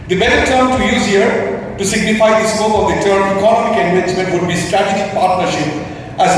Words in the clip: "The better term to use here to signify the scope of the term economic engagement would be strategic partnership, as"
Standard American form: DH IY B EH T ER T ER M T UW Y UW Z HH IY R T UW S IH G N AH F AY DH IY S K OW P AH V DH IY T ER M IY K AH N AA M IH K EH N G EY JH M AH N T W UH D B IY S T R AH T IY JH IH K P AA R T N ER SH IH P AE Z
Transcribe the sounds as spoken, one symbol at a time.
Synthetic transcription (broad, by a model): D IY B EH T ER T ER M T UW Y UW Z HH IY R T UW S IH G N AH F AY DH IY S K OW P AH V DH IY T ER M IY K AH N AA M IH K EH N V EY CH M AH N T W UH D B IY S T R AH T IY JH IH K P AA R T N ER SH IH P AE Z